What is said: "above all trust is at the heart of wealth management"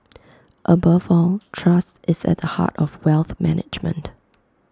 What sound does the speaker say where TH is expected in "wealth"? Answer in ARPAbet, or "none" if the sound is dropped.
TH